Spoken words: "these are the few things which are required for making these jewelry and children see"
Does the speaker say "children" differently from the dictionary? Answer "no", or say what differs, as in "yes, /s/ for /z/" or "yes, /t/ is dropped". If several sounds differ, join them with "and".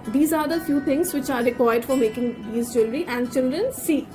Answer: no